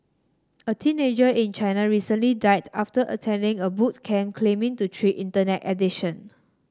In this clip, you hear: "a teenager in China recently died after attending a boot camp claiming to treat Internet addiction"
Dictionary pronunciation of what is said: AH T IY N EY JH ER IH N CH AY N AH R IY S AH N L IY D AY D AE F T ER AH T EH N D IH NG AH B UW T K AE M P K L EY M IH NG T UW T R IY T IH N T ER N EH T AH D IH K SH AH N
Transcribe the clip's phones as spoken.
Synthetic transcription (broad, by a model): AH T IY N EY JH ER IH N CH AY N AH R IY S AH N L IY D AY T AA F T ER AH T EH N D IH NG AH B UW T K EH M K L EY M IH NG T UW T R IY T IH N T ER N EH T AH D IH SH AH N